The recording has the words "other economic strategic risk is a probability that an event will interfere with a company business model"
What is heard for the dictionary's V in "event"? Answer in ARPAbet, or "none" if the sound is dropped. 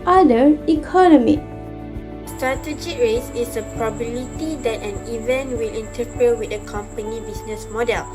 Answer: V